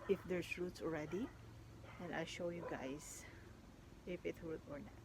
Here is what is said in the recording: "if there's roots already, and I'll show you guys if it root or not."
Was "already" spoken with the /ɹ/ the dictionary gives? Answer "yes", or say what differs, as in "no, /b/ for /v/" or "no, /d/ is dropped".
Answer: yes